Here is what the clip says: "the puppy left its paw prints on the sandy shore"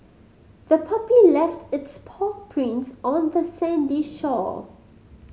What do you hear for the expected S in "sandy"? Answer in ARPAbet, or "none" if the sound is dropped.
S